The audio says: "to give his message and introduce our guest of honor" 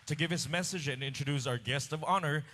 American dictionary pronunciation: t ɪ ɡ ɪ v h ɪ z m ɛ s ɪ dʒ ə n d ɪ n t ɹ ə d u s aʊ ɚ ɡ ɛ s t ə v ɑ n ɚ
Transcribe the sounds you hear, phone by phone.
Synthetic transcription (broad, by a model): t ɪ ɡ ɪ v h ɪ s m ɛ s ɪ dʒ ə n ɪ n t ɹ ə d u s aʊ ɚ ɡ ɛ s t ə v ɑ n ɚ